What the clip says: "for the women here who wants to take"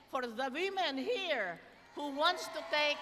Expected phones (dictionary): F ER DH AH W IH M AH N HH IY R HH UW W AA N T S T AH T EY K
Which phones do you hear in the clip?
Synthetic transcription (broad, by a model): F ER DH AH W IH M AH N HH IY R HH UW W AA N T S T AH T EY K